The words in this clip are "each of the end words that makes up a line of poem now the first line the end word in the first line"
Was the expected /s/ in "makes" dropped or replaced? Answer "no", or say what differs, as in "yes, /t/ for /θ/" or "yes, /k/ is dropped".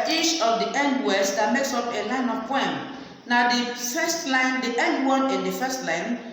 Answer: no